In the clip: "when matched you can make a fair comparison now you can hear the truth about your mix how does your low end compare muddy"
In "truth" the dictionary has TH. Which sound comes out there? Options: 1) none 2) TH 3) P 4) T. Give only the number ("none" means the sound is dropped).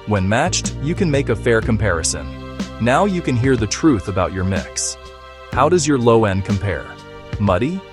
2